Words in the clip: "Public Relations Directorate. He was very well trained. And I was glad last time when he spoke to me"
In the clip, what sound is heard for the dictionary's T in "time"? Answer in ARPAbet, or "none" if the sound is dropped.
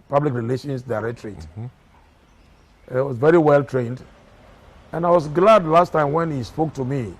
T